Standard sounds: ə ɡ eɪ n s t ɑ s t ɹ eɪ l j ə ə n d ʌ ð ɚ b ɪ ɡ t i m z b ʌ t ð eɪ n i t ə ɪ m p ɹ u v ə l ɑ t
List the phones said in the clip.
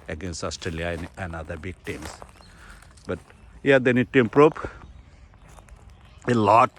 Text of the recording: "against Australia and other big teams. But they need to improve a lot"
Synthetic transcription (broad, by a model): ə ɡ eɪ n s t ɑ s t ɹ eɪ l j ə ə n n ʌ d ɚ b ɪ ɡ t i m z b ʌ t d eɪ n i t ə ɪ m p ɹ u p ə l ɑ t